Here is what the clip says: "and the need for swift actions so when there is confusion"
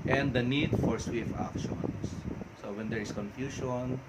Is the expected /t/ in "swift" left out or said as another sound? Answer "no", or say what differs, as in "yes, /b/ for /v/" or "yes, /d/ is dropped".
yes, /t/ is dropped